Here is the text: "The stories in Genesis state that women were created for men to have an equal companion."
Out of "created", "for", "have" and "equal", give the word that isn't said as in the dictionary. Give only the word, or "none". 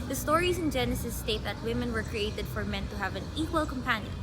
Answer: none